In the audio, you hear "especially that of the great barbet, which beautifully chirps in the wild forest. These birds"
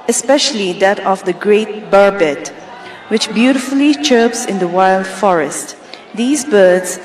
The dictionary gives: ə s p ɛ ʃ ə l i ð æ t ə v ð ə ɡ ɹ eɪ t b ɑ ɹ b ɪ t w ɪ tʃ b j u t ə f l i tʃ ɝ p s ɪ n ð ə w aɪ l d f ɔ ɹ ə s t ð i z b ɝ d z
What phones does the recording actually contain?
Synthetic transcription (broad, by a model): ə s p ɛ ʃ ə l i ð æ t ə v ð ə ɡ ɹ eɪ t b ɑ ɹ b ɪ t w ɪ tʃ b j u t ə f l i tʃ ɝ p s ɪ n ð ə w aɪ l d f ɔ ɹ ə s t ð i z b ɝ d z